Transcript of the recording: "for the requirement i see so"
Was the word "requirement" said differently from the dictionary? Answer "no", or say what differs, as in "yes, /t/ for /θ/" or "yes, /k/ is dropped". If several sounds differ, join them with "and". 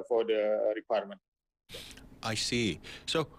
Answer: no